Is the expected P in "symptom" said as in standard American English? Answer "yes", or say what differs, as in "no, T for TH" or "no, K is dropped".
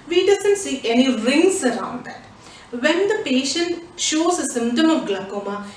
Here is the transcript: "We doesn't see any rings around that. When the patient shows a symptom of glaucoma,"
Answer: no, P is dropped